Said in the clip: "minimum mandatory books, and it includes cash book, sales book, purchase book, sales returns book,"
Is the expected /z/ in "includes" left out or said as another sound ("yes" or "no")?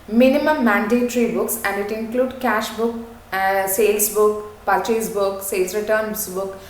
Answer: yes